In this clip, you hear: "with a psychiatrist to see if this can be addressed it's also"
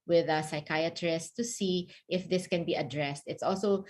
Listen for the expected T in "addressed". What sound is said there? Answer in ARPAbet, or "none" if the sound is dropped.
T